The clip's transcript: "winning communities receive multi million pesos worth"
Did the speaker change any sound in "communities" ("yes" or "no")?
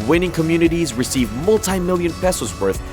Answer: no